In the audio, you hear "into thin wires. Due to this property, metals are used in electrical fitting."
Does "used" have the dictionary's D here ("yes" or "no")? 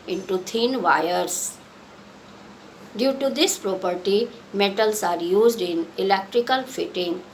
yes